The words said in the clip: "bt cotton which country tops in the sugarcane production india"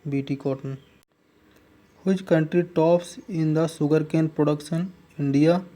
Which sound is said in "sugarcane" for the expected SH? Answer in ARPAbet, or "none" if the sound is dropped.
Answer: S